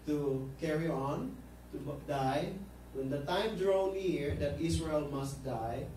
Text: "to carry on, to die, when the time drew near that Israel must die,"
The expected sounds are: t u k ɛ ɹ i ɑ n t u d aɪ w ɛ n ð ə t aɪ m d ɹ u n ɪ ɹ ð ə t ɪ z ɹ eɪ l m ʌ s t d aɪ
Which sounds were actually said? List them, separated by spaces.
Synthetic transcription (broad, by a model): t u k ɛ ɹ i ɑ n t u d aɪ w ɛ n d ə t aɪ m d ɹ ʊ n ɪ ɹ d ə t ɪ s ɹ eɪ l m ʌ s t d aɪ